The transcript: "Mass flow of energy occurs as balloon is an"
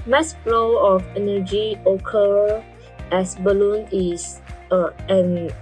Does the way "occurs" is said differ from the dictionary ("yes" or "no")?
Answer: yes